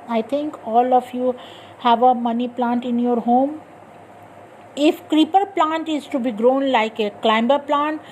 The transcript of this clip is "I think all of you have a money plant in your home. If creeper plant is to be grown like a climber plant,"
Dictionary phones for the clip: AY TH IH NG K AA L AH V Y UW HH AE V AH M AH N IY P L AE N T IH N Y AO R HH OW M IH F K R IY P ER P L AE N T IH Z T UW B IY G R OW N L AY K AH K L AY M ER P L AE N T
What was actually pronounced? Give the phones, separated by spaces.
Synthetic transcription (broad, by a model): AY T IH NG K AA L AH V Y UW HH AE V AH M AH N IY P L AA N T IH N Y AO R HH OW M IH F K R IY P ER P L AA N T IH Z T UW B IY G R OW N L AY K AH K L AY M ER P L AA N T